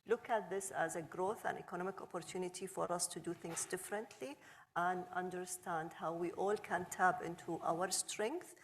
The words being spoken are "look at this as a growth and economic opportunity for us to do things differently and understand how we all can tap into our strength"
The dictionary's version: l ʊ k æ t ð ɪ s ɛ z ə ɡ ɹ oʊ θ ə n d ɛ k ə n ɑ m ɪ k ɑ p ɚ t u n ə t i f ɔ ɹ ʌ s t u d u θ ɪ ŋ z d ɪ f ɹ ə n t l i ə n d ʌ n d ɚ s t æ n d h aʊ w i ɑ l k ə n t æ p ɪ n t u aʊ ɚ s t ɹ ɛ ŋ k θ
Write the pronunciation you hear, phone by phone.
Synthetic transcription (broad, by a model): l ʊ k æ t ð ɪ s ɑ z ə ɡ ɹ oʊ θ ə n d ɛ k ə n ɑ m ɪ k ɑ p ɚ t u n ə t i f ɔ ɹ ʌ s t u d u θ ɪ ŋ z d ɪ f ɹ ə n t l i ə n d ʌ n d ɚ s t æ n d h aʊ w i ɑ l k ə n t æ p ɪ n t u aʊ ɚ s t ɹ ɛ ŋ k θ